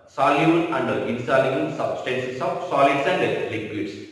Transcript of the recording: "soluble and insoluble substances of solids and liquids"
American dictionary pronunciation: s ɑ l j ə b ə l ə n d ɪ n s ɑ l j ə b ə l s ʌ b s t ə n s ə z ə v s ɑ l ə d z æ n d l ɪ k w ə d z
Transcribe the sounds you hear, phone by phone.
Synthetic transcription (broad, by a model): s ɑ l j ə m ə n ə n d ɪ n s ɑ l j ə ə n s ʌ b s t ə n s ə s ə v s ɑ l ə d s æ n d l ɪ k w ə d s